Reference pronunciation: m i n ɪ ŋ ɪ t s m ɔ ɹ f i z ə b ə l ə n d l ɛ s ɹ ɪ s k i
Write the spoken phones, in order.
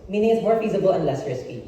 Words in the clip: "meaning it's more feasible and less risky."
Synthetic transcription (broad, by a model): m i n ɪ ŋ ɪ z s m ɔ ɹ f i z ə b ə l ə n d l ɛ s ɹ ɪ s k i